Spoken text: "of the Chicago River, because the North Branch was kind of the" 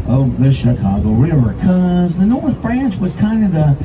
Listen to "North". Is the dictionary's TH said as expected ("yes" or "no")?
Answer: yes